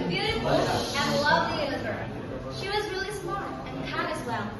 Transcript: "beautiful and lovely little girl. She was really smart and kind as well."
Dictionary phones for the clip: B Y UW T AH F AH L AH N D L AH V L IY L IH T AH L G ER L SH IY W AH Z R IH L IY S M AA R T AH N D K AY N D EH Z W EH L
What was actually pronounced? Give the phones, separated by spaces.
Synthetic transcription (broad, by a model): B Y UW T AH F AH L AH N L AH V L IY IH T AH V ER SH IY W AH Z R IH L IY S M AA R AH N K AY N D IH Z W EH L